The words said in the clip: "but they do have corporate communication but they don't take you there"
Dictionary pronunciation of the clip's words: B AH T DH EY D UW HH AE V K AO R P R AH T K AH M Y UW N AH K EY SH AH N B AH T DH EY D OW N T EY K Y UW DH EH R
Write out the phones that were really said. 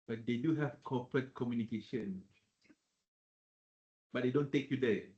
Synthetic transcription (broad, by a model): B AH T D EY D UW HH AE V K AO P R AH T K AH M Y UW N AH K EY SH AH N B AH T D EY D OW N T EY K Y UW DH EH